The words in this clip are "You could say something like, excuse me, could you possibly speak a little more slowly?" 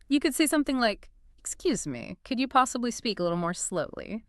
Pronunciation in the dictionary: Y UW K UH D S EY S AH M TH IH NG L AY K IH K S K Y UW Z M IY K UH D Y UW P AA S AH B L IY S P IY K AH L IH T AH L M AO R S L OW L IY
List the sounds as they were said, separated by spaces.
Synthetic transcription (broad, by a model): Y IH K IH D S EY S AH M TH IH NG L AY K IH K S K Y UW Z M IY K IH D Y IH P AA S AH B L IY S P IY K AH L IH T L M AO R S L OW L IY